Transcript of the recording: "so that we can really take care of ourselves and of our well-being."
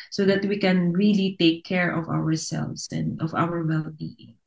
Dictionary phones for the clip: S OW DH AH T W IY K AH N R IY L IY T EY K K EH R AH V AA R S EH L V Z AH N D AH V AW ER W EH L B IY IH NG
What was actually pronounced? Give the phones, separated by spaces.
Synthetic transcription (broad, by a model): S OW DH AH T W IY K AH N R IY L IY T EY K K EH R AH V AA R S EH L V S AH N D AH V AW ER W EH L B IY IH NG